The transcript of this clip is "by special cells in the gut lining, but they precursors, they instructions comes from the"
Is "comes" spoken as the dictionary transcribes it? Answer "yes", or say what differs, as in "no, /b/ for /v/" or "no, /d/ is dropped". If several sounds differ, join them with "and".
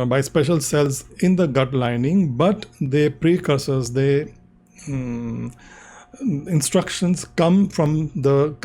no, /z/ is dropped